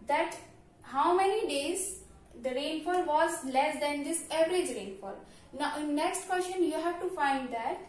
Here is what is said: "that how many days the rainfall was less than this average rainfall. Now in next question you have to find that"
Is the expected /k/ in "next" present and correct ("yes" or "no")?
yes